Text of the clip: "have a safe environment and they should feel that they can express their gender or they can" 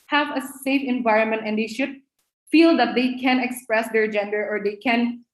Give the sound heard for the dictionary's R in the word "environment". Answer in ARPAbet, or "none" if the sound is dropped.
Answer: R